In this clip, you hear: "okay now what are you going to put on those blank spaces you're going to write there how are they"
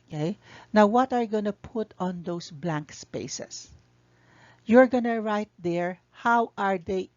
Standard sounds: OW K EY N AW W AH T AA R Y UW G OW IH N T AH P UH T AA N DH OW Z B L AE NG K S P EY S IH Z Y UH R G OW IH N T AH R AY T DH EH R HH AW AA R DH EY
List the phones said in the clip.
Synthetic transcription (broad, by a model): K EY N AW W AH T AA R Y G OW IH N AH P UH T AA N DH OW S B L AE NG K S P EY S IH S Y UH R G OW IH N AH R AY T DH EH R HH AW AA R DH EY